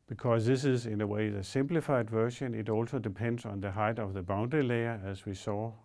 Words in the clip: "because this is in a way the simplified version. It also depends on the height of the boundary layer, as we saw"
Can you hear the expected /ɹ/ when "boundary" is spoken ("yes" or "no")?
no